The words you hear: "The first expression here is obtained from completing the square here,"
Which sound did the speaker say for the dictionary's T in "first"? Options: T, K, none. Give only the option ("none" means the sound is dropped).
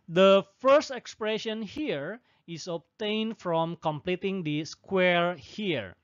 T